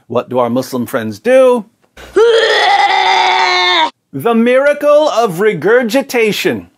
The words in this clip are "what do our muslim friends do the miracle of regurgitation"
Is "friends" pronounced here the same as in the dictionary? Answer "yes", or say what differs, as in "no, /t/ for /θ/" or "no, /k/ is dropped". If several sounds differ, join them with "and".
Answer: yes